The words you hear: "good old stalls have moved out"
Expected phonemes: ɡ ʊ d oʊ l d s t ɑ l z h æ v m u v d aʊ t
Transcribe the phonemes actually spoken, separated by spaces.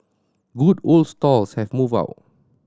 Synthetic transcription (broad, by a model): ɡ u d oʊ l d s t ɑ l s h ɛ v m u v aʊ t